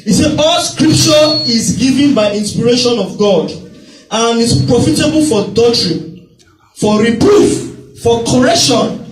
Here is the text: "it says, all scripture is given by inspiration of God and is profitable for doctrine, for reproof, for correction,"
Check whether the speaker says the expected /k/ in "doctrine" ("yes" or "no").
no